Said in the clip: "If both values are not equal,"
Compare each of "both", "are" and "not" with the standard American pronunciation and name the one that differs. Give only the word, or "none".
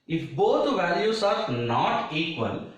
both